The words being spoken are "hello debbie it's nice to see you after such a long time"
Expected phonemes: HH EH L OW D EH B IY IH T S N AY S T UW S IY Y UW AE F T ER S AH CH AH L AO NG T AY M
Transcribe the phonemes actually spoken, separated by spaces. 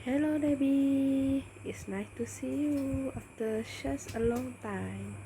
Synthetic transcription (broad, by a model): HH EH L OW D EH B IY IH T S N AY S T UW S IY Y UW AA F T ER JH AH S AH L AO NG T AY M